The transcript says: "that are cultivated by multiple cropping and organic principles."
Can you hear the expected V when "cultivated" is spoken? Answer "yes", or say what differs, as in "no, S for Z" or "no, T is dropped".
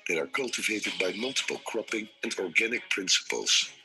yes